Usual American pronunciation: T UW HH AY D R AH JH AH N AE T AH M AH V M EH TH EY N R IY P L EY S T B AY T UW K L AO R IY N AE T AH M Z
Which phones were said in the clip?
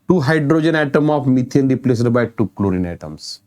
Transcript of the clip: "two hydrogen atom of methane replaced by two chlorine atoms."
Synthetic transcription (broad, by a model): T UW HH AY D R AH JH AH N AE T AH M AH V M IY T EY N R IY P L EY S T B AY T UW K L AO R IY N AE T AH M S